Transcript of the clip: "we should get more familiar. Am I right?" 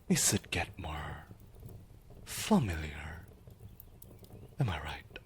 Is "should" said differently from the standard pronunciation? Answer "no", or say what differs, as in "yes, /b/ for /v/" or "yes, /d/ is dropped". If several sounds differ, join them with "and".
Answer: yes, /s/ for /ʃ/